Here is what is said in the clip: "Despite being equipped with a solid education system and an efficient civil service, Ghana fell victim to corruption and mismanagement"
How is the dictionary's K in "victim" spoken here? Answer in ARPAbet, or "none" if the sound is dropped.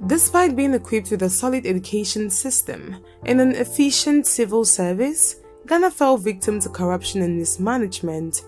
K